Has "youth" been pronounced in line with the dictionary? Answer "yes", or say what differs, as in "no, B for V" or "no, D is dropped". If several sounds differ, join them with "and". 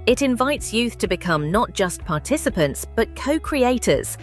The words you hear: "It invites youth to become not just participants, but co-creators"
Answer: yes